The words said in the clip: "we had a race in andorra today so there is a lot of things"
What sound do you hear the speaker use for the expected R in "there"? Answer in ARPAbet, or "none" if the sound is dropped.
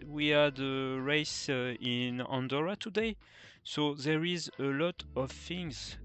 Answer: R